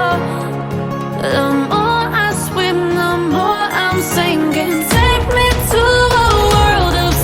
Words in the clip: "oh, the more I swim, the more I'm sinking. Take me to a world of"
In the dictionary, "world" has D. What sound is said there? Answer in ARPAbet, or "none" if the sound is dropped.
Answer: D